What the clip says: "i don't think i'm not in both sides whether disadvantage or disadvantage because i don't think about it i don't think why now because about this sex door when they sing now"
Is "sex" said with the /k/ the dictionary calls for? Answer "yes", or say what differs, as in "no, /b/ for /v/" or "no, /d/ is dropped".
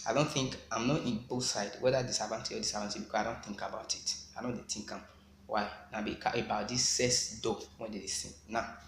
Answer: no, /k/ is dropped